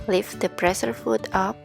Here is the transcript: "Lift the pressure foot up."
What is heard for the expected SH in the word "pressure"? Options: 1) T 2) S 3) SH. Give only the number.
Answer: 2